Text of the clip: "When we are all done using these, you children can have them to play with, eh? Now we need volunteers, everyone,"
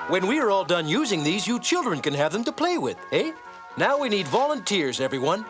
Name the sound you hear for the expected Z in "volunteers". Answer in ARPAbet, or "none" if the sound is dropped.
Z